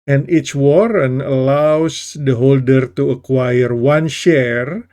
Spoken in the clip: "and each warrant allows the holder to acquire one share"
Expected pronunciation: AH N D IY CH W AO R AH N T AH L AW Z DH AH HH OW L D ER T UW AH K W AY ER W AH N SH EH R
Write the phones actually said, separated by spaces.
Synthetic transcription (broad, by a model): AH N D IY CH W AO R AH N AH L AW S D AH HH OW L D ER T UW AH K W AY ER W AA N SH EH R